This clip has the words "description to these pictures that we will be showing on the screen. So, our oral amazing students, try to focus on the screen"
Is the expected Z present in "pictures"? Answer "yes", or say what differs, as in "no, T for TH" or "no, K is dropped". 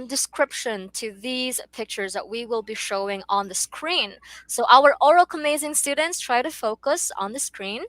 yes